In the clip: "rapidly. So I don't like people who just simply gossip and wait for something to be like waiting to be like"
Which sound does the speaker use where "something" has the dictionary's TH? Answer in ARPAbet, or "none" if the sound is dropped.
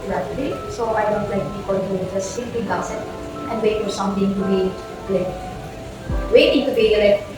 T